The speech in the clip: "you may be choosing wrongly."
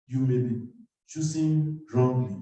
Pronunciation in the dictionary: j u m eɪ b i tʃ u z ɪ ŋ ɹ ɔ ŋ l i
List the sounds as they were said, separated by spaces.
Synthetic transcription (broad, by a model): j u m eɪ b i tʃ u s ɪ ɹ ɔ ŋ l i